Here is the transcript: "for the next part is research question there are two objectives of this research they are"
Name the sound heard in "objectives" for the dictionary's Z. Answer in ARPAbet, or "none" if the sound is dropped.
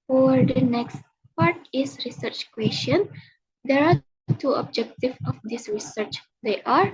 none